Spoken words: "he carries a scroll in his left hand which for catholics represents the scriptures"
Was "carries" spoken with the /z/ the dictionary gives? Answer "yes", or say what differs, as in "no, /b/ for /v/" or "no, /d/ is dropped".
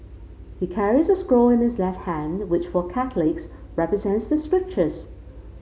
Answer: yes